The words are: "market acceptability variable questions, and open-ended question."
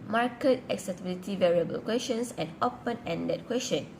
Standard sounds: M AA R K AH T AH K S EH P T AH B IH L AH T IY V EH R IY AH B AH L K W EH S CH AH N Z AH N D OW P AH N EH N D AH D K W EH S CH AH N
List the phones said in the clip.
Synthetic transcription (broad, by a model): M AA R K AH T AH K S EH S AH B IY L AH T IY V EH R IY AH B AH L K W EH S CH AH N S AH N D OW P AH N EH N D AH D K W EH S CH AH N